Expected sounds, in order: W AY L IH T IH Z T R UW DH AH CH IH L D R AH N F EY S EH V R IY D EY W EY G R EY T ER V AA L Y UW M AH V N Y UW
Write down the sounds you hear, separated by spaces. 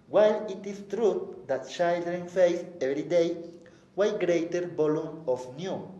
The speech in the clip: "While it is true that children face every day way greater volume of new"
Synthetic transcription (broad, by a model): W AY L IH T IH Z T R UW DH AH CH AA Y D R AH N F EY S EH V R IY D EY W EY G R EY T ER B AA L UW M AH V N Y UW